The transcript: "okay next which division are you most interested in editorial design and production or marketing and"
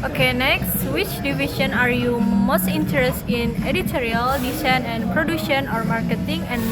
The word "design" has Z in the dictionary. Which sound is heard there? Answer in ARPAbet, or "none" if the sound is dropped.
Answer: S